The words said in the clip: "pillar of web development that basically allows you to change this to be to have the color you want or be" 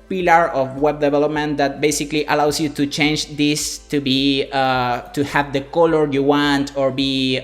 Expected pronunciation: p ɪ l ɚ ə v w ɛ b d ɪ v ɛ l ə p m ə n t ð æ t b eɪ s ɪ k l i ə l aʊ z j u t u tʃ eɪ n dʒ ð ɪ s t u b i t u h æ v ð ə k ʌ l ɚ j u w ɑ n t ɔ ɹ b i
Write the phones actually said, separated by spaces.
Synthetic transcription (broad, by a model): p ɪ l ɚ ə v w ɛ b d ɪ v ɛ l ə p m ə n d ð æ t b eɪ s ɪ k l i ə l aʊ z j u t u tʃ eɪ n dʒ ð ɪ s t u b i t u h æ v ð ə k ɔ l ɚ j u w ɑ n t ɔ ɹ b i